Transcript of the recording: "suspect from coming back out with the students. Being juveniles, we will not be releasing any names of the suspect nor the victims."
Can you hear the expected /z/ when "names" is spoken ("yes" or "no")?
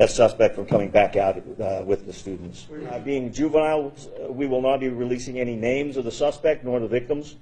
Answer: yes